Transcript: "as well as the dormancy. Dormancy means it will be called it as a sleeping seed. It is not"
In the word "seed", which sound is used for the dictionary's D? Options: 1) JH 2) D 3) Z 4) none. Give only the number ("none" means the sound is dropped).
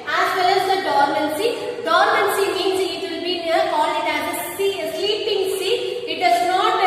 4